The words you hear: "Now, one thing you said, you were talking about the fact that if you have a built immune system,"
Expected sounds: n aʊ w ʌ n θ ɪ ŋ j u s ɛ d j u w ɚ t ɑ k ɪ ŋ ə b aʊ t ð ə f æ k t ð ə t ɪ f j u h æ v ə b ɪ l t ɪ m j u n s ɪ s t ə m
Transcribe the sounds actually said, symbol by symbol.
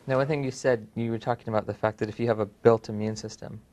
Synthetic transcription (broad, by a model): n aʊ w ʌ n θ ɪ ŋ j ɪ s ɛ d j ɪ w ɚ t ɑ k ɪ ŋ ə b aʊ t ð ə f æ k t ð ə t ɪ f j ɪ v ə b ɪ l t ɪ m j u n s ɪ s t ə m